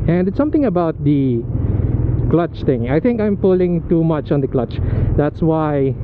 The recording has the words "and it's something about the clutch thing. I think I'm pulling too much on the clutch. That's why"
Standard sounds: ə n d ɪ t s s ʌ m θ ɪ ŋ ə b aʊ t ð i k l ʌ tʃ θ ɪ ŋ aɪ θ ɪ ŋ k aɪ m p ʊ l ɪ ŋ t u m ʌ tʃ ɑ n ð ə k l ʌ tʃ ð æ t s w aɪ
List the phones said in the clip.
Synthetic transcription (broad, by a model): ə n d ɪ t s s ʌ m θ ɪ ŋ ə b aʊ t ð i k l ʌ tʃ t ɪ ŋ aɪ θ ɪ ŋ k aɪ m p ʊ l ɪ ŋ t u m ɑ tʃ ɑ n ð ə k l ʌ tʃ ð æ t s w aɪ